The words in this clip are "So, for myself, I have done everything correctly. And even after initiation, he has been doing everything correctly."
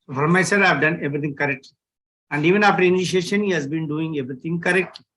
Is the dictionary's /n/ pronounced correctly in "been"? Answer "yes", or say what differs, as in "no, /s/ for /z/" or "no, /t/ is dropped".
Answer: yes